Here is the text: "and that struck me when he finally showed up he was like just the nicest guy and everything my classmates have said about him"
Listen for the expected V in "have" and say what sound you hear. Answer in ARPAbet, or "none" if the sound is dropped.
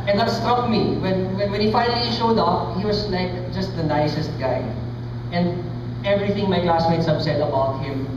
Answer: B